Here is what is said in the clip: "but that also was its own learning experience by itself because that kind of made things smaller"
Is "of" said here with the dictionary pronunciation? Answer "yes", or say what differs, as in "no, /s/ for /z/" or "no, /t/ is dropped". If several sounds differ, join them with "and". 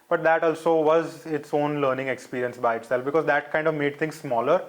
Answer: yes